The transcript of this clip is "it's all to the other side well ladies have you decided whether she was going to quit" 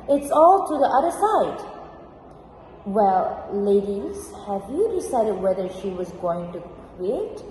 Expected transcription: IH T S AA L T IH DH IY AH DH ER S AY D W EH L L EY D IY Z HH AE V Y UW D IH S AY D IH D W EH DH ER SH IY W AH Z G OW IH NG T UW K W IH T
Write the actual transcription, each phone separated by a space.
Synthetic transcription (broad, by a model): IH T S AA L T IH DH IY AH DH ER S AY D W EH L L EY D IY Z HH AE V Y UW D IH S AY D IH D W EH DH ER SH IY W AH Z G OW IH NG T UW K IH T